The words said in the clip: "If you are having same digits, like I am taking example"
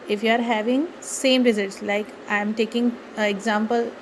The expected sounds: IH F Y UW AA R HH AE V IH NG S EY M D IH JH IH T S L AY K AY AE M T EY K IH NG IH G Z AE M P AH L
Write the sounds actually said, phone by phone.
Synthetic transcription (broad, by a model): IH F Y UW AA R HH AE V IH NG S EY M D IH Z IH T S L AY K AY M T EY K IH NG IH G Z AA M P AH L